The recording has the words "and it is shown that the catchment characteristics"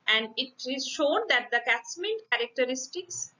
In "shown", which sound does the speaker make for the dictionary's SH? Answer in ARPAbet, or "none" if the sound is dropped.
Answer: SH